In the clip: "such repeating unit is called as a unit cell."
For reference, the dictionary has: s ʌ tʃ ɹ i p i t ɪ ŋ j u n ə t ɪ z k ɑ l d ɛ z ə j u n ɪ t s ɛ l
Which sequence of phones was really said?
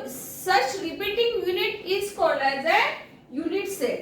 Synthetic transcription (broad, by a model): s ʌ tʃ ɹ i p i t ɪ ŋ j u n ə t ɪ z k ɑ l ɛ z ə j u n ɪ t s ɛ